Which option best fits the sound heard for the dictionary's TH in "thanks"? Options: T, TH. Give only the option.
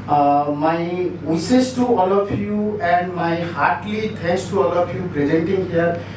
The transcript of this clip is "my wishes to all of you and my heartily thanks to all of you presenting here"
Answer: T